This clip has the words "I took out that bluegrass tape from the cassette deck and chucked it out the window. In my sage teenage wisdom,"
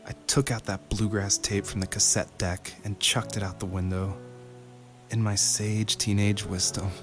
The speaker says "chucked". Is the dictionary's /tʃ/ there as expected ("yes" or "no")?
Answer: yes